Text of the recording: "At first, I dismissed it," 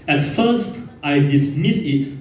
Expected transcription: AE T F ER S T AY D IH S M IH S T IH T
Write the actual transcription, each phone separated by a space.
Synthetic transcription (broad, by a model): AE T F ER S T AY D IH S M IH S IH T